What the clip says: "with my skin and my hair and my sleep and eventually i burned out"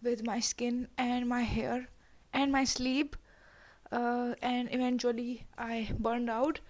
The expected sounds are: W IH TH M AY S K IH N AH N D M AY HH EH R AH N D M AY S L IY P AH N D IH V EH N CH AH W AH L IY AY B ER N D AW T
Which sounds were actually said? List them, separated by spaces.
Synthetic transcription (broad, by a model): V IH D M AY S K IH N AH N D M AY HH EH R AH N D M AY S L IY P AH N D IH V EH N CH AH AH L IY AY B ER N D AW T